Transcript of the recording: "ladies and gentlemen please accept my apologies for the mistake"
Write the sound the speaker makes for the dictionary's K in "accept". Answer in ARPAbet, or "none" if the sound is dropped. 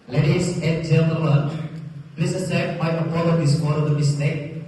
none